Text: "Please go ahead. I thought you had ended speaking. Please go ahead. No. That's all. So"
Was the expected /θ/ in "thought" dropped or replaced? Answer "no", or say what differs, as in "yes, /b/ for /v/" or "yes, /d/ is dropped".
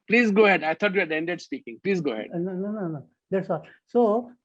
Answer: yes, /t/ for /θ/